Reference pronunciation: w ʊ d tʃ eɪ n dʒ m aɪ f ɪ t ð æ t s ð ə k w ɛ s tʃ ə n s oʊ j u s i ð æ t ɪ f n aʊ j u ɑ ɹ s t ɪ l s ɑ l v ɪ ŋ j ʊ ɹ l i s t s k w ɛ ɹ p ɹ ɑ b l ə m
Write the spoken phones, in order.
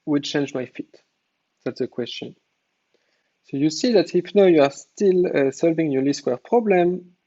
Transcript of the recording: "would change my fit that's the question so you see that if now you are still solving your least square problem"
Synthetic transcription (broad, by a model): w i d tʃ eɪ n dʒ m aɪ f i t ð æ t s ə k w ɛ s tʃ ə n s oʊ j u s i ð æ t ɪ f n aʊ j u ɑ ɹ s t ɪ l s ɑ l v ɪ ŋ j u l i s s k w ɛ ɹ p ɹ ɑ b l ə m